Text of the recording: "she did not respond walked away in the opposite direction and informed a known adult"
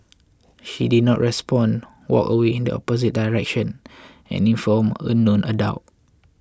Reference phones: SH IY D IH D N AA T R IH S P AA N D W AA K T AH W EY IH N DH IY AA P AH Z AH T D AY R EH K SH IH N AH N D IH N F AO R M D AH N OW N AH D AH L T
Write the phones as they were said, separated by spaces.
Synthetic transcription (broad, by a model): SH IY D IH D N AA T R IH S P AA N W AA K AH W EY IH N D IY AA P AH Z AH T D AY R EH K SH IH N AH N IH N F AO M AH N OW N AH D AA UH T